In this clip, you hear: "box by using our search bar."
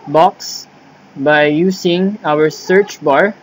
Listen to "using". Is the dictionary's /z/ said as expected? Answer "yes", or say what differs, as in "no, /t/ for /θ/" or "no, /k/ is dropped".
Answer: no, /s/ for /z/